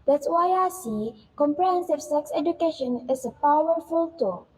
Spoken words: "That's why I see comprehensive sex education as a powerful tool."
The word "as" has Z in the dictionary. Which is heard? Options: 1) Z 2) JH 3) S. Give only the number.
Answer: 3